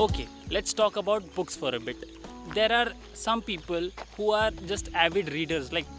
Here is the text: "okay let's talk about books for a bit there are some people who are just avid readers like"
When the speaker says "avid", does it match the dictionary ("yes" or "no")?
yes